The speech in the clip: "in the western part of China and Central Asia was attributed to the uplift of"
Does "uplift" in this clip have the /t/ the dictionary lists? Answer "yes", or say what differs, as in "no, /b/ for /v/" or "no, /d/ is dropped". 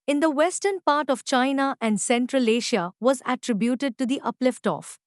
yes